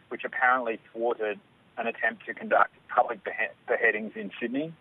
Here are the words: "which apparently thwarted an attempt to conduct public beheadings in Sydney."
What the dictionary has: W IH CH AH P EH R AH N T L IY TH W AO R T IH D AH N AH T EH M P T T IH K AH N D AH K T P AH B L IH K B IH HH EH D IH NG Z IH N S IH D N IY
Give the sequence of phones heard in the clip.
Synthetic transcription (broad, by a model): W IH CH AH P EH R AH N T L IY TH W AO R T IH D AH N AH T EH M P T T IH K AH N D AH K T P AH B L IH K B IH HH EH D IH NG Z IH N S IH D N IY